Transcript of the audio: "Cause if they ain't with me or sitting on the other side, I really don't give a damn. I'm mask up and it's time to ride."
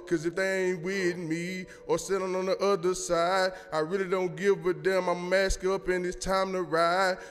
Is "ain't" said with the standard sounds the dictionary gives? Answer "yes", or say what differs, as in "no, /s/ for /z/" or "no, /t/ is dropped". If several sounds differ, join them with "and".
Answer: yes